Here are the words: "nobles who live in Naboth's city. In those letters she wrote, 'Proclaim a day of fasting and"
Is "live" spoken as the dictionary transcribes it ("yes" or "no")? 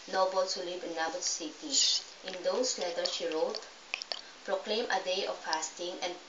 no